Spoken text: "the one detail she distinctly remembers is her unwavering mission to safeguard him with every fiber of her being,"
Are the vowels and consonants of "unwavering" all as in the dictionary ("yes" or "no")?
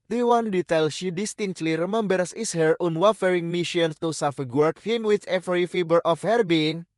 no